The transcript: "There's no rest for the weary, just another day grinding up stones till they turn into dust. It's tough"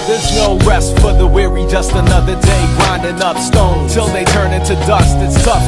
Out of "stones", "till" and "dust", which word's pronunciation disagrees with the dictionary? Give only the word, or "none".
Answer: stones